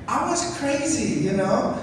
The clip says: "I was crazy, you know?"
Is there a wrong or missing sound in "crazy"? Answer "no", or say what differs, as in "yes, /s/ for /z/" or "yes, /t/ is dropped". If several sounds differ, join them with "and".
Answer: no